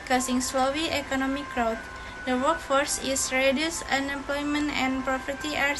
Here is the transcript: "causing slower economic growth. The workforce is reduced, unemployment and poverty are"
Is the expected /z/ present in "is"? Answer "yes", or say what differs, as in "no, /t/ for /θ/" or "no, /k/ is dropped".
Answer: no, /s/ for /z/